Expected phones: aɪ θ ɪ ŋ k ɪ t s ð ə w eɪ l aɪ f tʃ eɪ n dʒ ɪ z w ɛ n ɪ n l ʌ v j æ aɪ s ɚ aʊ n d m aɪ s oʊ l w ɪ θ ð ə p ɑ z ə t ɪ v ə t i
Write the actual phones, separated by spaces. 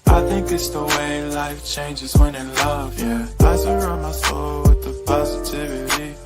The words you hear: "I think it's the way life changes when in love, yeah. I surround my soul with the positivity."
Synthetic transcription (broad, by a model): aɪ θ ɪ ŋ k ɪ t s ð ə w eɪ l aɪ f tʃ eɪ n dʒ ɪ z w ɛ n ɪ n l ʌ v j æ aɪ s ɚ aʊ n m aɪ s oʊ l w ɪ ð ə p ɑ z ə t ɪ v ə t i